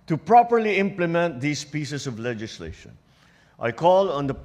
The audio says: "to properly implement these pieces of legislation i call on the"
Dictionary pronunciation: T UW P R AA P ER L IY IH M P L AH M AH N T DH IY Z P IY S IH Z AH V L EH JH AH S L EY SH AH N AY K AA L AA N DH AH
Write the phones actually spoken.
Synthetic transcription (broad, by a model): T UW P R AA P ER L IY IH M P L AH M AH N T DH IY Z P IY S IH S AH V L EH JH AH S L EY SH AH N AY K AA L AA N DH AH